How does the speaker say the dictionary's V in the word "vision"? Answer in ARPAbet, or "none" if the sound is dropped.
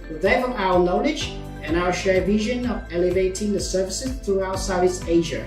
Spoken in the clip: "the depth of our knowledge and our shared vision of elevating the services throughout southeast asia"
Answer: V